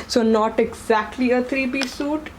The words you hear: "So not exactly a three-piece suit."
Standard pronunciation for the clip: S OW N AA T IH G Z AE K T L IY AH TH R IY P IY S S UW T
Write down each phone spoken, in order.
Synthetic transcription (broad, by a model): S OW N AA T IH G Z AE K T L IY AH T R IY B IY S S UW T